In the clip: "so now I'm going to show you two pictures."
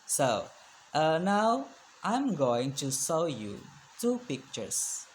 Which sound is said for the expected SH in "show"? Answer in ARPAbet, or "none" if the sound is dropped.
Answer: S